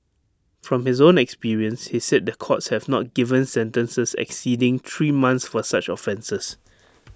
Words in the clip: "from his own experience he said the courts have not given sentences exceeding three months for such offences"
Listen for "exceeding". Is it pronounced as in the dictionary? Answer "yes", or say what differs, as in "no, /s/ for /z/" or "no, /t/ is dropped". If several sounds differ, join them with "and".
yes